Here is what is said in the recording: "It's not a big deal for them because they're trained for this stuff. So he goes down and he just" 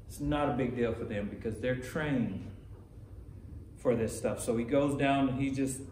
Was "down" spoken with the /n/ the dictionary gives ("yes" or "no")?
no